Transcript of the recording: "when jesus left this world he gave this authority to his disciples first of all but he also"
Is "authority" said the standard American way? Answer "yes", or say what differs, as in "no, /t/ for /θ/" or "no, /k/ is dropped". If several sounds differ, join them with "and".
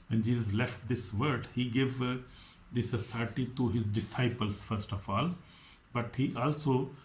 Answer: no, /s/ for /θ/